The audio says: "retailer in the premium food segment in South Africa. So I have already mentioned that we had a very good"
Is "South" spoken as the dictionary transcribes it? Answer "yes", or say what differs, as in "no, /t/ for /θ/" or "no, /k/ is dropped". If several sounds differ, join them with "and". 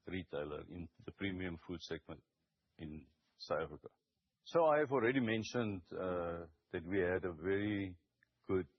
no, /t/ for /θ/